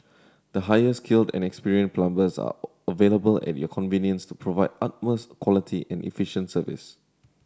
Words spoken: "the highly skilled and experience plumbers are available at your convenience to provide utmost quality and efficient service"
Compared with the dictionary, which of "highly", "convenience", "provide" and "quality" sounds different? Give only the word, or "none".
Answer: highly